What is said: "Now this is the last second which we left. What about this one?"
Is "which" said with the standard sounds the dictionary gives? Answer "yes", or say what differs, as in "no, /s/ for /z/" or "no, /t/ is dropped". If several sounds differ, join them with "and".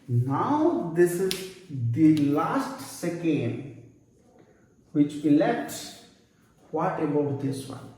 yes